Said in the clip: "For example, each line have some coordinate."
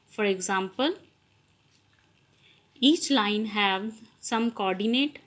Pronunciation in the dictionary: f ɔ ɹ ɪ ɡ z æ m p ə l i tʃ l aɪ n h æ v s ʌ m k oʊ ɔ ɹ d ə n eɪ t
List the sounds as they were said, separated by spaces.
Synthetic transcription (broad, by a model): f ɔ ɹ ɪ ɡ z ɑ m p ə l i tʃ l aɪ n h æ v s ʌ m k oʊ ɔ ɹ d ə n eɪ t